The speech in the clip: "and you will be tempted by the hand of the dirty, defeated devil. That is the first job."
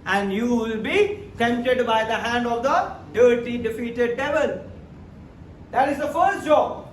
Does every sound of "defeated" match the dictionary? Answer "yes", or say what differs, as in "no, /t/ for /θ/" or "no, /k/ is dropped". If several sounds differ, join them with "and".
yes